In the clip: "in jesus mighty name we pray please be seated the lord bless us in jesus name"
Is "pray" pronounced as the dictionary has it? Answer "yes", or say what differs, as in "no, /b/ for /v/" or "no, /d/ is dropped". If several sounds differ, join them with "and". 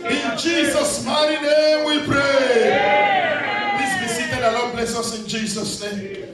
yes